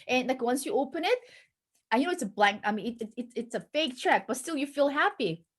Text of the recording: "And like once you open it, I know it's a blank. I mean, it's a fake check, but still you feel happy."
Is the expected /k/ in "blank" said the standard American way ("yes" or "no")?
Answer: yes